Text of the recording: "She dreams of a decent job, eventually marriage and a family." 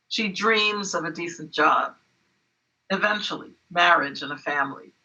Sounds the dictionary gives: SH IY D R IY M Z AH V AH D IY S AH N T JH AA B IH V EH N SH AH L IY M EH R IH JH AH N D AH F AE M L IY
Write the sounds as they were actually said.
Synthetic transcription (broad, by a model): SH IY D R IY M Z AH V AH D IY S N JH AA B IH V EH N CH L IY M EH R IH JH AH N AH F AE M L IY